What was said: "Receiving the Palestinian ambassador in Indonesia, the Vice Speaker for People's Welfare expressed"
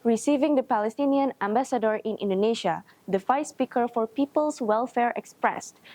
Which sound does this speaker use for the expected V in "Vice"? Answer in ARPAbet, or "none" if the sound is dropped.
F